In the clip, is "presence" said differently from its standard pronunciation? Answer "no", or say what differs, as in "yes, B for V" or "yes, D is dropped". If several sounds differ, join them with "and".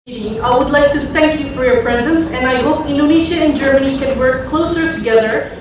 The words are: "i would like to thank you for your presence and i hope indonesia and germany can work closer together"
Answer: no